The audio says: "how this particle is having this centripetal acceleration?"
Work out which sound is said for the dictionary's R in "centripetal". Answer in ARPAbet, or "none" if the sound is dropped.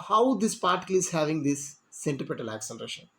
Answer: none